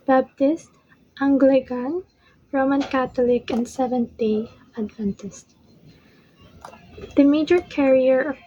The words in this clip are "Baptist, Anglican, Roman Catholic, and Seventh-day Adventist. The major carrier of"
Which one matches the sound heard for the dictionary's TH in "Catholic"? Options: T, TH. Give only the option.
T